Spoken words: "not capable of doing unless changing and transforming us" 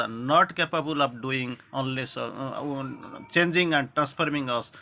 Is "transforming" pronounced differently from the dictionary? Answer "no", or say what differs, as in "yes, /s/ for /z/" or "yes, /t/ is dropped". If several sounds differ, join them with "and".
yes, /p/ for /f/